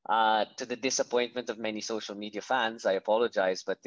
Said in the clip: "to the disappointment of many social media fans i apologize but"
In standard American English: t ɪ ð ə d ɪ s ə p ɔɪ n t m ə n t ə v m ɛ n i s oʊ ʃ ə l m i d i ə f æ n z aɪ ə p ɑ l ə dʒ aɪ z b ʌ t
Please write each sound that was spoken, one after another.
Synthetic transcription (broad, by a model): t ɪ ð ə d ɪ s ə p ɔɪ n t m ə n t ə v m ɛ n i s oʊ ʃ ə l m i d i ə f æ n z aɪ ə p ɑ l ə dʒ aɪ z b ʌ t